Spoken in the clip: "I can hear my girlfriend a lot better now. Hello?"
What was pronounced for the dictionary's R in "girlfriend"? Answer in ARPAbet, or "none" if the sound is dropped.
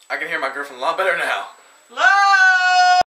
none